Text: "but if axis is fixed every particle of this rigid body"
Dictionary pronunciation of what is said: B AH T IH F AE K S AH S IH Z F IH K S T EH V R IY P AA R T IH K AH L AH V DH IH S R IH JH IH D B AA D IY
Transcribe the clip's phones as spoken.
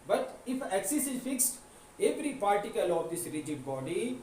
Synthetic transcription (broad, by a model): B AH T IH F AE K S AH S IH Z F IH K S T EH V R IY P AA R T IH K AH L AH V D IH S R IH JH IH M B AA D IY